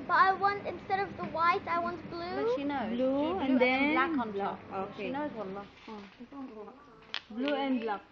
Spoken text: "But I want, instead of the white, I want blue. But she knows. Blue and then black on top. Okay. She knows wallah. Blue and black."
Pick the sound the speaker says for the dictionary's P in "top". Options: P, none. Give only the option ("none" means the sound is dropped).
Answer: none